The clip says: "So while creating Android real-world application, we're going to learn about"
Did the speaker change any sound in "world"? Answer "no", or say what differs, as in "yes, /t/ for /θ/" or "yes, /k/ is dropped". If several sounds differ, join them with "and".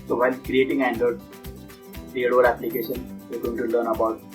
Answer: yes, /l/ is dropped